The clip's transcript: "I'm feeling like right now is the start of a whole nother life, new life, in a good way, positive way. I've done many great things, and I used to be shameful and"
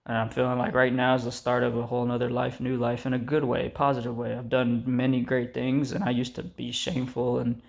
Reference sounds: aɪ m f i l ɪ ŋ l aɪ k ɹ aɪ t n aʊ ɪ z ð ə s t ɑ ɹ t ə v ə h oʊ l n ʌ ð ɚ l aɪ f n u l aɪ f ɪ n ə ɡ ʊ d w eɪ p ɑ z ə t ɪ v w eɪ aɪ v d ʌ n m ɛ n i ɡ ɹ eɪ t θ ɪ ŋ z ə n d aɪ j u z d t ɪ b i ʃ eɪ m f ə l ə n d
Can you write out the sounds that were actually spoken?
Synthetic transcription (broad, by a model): aɪ m f i l ɪ ŋ l aɪ k ɹ aɪ t n aʊ ɪ z ð ə s t ɑ ɹ t ə v ə h oʊ l n ʌ ð ɚ l aɪ f n u l aɪ f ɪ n ə ɡ ʊ d w eɪ p ɑ z ə t ɪ v w eɪ aɪ v d ʌ n m ɛ n i ɡ ɹ eɪ t θ ɪ ŋ z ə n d aɪ j u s t ɪ b i ʃ eɪ m f l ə n